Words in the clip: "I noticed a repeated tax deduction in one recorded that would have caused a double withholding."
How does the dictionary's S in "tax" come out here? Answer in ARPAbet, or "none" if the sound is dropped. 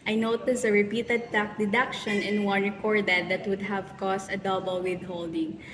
none